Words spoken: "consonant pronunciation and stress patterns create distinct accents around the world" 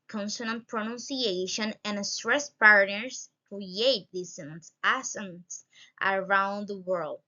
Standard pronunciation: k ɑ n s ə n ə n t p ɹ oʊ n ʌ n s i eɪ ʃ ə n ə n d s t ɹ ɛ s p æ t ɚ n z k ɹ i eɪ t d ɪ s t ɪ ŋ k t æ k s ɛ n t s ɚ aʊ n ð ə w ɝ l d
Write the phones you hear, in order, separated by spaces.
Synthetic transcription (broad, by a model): k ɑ n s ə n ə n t p ɹ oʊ n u n s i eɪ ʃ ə n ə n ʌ s t ɹ ɛ s p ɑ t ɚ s k ɹ i eɪ t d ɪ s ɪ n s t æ s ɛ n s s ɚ aʊ n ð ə w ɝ l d